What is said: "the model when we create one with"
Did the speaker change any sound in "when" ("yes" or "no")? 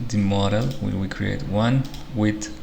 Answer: yes